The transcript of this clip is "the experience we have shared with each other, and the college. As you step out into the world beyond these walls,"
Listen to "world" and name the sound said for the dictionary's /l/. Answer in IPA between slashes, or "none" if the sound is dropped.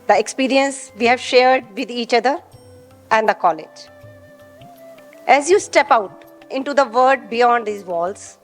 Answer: none